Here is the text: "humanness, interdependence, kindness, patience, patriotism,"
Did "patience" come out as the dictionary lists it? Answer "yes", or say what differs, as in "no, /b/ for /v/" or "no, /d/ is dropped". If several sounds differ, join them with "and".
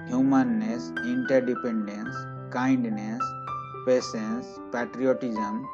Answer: no, /s/ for /ʃ/